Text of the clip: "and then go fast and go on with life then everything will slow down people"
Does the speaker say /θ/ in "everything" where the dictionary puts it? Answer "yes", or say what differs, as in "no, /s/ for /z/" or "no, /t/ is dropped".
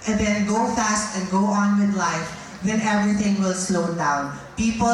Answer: no, /t/ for /θ/